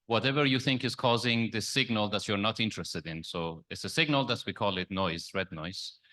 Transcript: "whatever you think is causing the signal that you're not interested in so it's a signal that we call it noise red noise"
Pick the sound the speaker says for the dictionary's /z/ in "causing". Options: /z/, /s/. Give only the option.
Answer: /z/